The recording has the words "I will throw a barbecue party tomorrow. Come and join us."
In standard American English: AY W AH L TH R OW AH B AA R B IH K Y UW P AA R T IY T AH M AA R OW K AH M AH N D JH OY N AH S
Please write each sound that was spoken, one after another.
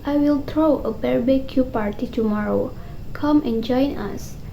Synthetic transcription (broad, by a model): AY W AH L T R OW AH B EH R B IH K Y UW P AA R T IY T AH M AA R OW K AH M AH N JH OY N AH S